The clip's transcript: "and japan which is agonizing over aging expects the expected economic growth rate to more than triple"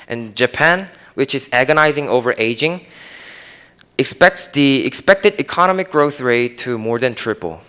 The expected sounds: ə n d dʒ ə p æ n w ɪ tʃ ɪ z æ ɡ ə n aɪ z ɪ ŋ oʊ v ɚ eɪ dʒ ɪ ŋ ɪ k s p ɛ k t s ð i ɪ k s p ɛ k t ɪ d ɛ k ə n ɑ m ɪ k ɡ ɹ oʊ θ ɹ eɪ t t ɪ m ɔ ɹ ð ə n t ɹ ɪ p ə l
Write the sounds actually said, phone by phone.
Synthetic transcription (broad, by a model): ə n dʒ ə p æ n w ɪ tʃ ɪ z æ ɡ ə n aɪ z ɪ ŋ oʊ v ɚ eɪ dʒ ɪ ŋ ɪ k s p ɛ k t s ð i ɪ k s p ɛ k t ɪ d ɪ k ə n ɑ m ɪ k ɡ ɹ oʊ θ ɹ eɪ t t ɪ m ɔ ɹ ð ə n t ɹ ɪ p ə l